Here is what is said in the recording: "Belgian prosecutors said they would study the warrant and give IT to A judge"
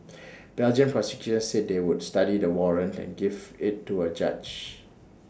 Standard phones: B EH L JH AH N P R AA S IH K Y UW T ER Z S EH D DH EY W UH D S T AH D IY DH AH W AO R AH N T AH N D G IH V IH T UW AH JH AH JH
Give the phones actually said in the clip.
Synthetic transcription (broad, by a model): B EH L JH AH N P R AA S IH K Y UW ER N S EH D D EY W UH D S T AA D IY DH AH W AO R AH N T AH N G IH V IH T UW AH JH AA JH